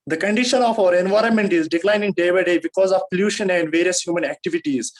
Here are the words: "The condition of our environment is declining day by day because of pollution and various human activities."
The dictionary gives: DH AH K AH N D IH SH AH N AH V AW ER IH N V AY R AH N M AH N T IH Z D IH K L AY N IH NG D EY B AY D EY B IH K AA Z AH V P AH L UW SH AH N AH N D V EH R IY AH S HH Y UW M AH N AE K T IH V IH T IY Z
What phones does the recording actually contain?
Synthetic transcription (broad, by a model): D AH K AH N D IH SH AH N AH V AW ER IH N V AY R AH N M AH N T IH Z D IH K L AY N IH NG D EY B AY D EY B IH K AA Z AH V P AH L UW SH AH N AH N D V EH R IY AH S HH Y UW M AH N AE K T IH V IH T IY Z